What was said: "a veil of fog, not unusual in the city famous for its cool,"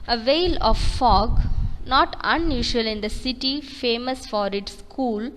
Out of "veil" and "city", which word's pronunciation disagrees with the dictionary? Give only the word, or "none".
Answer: none